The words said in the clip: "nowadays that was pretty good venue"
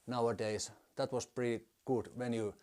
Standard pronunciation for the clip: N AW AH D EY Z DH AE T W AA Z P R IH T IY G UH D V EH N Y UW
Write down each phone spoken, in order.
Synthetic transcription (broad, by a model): N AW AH D EY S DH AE T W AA S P R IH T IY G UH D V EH N Y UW